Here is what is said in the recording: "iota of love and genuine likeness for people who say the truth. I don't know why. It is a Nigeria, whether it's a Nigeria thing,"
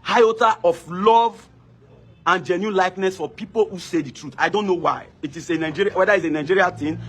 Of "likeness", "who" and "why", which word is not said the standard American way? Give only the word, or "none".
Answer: none